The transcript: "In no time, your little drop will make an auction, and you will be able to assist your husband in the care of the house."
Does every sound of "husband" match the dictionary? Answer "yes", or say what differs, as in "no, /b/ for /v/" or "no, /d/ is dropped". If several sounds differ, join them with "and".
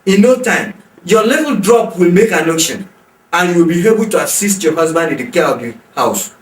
yes